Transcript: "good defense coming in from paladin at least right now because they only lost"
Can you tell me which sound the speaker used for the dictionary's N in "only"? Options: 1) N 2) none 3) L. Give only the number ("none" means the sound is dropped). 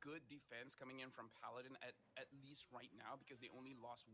1